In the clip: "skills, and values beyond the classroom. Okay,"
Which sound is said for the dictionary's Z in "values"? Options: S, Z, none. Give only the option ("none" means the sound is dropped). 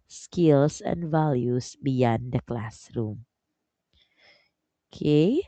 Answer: S